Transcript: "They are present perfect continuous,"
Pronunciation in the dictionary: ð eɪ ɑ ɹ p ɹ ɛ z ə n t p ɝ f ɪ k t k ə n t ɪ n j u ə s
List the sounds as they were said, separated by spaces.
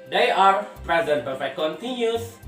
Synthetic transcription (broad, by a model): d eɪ ɑ ɹ p ɹ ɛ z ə n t b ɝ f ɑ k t k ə n t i n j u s